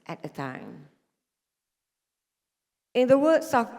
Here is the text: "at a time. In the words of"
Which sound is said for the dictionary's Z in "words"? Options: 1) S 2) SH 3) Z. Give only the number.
1